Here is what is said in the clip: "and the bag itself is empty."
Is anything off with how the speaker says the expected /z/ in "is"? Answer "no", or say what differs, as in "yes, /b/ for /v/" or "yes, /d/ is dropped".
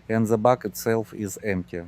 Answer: no